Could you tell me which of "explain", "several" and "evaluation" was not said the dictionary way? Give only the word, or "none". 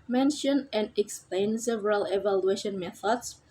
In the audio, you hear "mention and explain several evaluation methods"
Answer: none